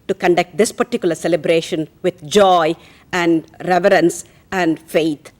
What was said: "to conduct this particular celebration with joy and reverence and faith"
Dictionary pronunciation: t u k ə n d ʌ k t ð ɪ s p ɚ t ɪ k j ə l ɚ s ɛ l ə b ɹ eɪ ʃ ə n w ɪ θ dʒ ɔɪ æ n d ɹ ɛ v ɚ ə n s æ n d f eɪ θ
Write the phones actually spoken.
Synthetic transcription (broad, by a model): t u k ə n d ʌ k t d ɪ s p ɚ t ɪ k j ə l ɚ s ɛ l ə b ɹ eɪ ʃ ə n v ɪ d dʒ ɔɪ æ n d ɹ ɛ v ɚ ə n s æ n d f eɪ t